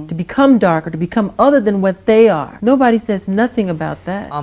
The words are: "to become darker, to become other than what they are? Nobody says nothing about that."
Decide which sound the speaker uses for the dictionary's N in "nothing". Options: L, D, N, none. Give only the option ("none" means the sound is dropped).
N